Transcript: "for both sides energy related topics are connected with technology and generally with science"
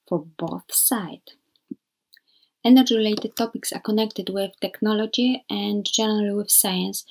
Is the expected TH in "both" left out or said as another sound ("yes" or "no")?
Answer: no